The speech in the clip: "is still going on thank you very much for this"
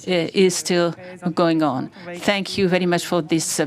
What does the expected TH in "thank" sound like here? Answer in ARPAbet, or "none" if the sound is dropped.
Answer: TH